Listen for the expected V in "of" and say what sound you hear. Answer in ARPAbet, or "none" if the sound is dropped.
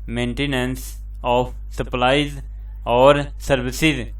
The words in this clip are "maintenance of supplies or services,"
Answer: P